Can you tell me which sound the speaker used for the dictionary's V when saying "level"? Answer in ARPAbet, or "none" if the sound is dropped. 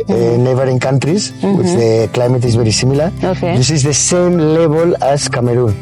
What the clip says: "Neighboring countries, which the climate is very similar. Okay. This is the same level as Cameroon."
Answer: B